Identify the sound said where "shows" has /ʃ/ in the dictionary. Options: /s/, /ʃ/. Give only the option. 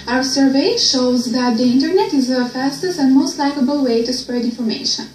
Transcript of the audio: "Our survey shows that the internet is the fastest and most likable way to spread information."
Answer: /ʃ/